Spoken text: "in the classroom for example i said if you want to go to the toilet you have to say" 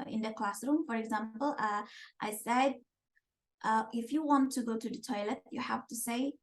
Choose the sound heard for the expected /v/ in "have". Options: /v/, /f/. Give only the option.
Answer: /f/